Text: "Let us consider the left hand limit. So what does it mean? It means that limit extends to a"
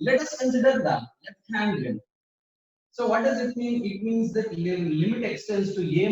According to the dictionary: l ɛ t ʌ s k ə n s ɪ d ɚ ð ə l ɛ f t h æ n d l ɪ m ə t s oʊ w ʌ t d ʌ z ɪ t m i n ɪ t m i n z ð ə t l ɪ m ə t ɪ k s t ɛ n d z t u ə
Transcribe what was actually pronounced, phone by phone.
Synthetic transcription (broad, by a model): l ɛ t ʌ s k ə n s ɪ d ɚ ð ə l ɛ t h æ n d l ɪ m s oʊ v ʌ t d ʌ z ɪ t m i n ɪ t m i n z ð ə t l ɪ m ə t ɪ k s t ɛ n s t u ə